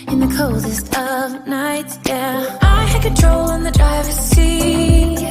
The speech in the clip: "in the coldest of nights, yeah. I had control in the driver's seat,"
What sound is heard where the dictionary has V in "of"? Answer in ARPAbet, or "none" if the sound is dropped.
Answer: V